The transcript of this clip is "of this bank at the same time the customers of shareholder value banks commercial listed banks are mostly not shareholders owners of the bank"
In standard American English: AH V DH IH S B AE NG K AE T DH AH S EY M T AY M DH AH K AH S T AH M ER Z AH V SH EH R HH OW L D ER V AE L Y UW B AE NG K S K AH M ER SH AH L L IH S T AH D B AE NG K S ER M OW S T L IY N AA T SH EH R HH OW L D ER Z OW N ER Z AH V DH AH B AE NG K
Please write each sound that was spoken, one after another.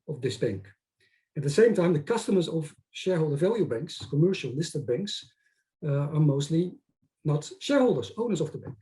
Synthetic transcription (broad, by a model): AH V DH IH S B AE NG K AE T DH AH S EY M T AY M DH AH K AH S T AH M ER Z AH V SH EH R HH OW L D ER V AE L Y UW B AE NG K S K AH M ER SH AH L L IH S T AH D B AE NG K S ER M OW S T L IY N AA T SH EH R HH OW L D ER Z OW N ER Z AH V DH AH B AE NG K